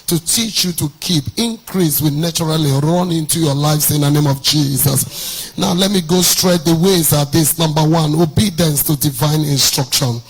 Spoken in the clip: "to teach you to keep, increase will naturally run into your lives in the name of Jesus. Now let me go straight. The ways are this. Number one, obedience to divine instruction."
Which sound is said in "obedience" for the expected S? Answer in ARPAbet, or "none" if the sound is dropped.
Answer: S